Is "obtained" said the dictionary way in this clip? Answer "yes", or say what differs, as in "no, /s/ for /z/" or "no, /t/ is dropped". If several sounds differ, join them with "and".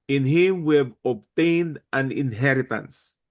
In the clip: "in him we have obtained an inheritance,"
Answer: yes